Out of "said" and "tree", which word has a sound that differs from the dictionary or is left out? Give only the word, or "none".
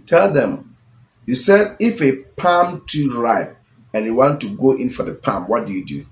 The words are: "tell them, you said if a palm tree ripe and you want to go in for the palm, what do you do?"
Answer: tree